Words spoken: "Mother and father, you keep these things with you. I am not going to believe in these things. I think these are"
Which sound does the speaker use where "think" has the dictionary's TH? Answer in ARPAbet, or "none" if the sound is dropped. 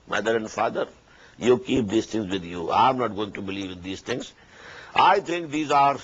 T